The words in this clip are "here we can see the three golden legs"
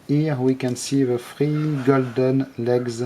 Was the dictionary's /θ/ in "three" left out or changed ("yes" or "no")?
yes